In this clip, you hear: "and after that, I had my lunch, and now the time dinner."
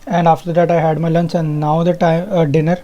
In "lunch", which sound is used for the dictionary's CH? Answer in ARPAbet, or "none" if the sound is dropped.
S